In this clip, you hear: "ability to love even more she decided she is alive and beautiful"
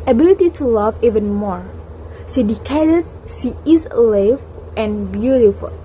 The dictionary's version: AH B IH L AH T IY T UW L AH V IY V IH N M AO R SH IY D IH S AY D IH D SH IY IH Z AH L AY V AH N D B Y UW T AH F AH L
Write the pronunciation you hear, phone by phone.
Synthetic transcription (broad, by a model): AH B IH L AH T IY T UW L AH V IY V IH N M AO R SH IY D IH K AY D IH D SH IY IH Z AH L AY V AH N B Y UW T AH F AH L